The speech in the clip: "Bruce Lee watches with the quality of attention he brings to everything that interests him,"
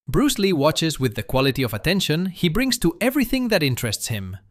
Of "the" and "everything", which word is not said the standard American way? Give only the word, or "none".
none